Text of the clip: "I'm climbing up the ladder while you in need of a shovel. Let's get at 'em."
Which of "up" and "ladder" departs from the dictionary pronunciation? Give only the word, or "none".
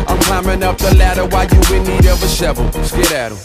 none